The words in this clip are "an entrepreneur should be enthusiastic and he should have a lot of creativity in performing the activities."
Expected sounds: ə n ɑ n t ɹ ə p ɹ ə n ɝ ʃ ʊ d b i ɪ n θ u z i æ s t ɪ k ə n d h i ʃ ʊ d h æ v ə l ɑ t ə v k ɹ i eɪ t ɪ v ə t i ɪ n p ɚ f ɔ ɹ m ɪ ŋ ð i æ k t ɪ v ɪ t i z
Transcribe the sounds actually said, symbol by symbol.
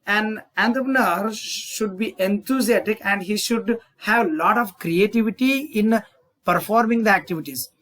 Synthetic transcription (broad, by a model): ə n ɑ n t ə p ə n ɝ ʃ ʊ d b i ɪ n t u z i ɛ t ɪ k ə n d h i ʃ ʊ d h æ v l ɑ t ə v k ɹ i eɪ t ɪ v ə t i ɪ n p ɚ f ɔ ɹ m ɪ ŋ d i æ k t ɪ v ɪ t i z